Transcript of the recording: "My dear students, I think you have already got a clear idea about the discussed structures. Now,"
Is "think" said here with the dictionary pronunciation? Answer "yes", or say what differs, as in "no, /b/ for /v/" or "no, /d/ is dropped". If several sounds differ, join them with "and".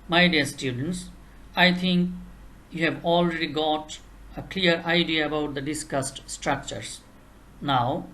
no, /t/ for /θ/